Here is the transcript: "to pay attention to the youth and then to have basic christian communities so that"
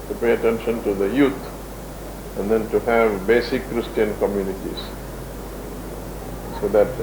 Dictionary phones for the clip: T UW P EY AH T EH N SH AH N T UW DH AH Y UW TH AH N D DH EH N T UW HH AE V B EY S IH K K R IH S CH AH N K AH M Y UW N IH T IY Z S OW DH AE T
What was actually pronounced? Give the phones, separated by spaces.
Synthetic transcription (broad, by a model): T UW P EY AH T EH N SH AH N T UW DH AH Y UW T AH N D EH N T UW HH AE V B EY S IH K K R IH S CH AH N K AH M Y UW N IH T IY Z S OW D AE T